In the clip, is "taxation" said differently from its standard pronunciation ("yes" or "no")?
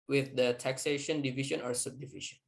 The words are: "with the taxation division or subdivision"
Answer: no